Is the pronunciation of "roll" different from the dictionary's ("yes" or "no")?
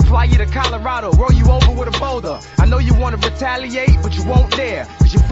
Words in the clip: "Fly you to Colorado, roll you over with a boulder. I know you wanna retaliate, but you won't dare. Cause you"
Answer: yes